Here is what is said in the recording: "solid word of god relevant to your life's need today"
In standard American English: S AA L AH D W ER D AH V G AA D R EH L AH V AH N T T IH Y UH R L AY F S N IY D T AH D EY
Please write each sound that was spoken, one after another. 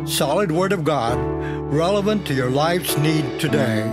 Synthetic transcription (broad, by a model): S AA L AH D W ER D AH V G AA D R EH L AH V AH N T T IH Y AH R L AY F S N IY D T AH D EY